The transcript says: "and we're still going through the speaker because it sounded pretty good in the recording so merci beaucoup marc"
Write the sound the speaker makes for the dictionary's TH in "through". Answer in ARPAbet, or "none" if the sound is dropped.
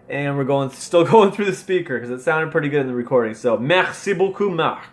TH